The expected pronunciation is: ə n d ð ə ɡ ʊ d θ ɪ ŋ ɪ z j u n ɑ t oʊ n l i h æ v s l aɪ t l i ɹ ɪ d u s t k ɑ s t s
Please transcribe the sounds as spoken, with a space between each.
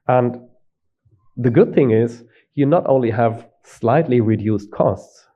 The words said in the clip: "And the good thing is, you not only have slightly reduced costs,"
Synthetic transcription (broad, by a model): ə n ð ə ɡ ʊ d θ ɪ ŋ ɪ z j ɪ n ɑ t oʊ n l i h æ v s l aɪ t l i ɹ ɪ d u s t k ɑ s t s